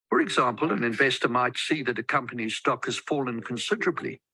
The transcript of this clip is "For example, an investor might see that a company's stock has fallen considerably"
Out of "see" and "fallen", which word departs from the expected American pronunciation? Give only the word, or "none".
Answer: none